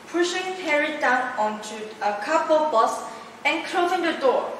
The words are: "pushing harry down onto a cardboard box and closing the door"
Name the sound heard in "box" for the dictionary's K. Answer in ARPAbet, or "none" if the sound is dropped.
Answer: none